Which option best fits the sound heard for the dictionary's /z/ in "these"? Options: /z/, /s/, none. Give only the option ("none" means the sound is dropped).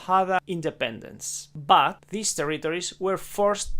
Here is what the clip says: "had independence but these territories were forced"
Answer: /s/